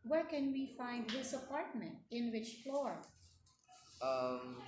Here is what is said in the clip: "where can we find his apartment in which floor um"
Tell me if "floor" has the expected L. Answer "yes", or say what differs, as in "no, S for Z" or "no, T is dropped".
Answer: yes